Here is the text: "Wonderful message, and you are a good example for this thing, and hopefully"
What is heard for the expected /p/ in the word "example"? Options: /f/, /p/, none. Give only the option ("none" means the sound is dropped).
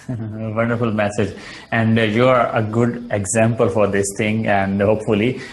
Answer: /p/